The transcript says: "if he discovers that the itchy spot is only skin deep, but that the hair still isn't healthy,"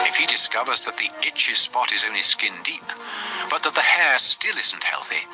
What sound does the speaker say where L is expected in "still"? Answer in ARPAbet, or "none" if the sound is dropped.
L